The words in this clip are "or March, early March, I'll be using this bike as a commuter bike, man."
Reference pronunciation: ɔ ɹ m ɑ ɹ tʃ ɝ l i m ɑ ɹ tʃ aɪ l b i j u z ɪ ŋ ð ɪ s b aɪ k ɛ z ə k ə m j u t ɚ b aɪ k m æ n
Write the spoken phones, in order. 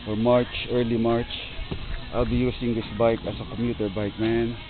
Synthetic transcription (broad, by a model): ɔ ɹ m ɑ ɹ tʃ ɝ l i m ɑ ɹ tʃ aɪ l b i j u s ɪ ŋ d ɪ s b aɪ k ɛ s ə k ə m j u t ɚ b aɪ k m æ n